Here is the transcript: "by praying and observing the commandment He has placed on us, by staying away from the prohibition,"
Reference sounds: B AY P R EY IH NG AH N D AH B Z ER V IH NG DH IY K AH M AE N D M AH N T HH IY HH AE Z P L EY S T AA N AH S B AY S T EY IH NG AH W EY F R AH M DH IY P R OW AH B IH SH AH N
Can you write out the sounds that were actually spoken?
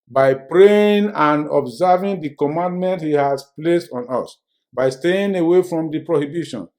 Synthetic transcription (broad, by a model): B AY P R EY IH NG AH N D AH B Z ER V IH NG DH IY K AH M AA N D M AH N T HH IY HH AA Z P L EY S T AA N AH S B AY S T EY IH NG AH W EY F R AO M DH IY P R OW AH B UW SH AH N